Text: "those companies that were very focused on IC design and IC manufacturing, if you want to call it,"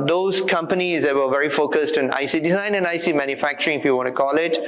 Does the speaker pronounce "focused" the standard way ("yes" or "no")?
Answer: yes